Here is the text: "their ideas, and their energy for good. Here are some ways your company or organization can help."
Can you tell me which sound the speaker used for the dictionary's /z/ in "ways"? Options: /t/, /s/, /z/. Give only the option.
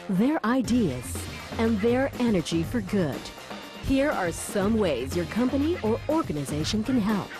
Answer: /z/